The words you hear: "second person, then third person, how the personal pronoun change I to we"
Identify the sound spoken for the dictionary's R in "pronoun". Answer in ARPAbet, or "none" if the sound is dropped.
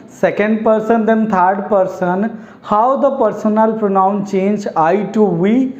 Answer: R